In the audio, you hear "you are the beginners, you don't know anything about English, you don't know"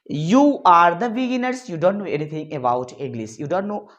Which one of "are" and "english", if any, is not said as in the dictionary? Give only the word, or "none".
english